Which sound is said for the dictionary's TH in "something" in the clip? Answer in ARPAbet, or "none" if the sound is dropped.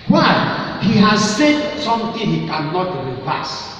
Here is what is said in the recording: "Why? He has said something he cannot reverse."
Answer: T